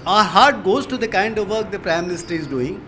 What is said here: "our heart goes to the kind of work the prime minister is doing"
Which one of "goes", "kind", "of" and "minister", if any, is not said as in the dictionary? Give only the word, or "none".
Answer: none